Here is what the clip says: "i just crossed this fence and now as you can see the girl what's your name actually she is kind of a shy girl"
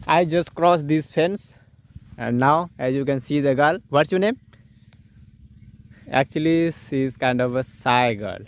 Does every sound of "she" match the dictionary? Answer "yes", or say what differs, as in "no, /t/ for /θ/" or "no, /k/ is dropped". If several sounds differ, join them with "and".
no, /s/ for /ʃ/